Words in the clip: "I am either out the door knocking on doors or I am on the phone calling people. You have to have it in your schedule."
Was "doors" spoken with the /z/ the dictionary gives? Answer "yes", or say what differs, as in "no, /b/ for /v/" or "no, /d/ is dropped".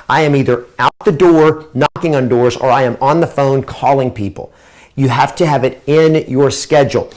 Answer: yes